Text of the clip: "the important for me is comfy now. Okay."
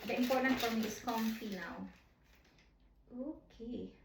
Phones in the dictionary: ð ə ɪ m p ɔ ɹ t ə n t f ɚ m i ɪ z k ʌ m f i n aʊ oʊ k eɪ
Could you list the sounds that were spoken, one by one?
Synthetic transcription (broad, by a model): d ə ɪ m p ɔ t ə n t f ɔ m i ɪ s k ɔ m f i l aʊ oʊ k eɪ